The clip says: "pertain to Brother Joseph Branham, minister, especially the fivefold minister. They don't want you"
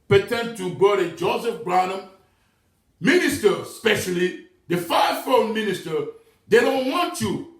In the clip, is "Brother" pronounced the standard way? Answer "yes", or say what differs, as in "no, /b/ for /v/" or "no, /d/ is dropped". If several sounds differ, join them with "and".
no, /ɹ/ is dropped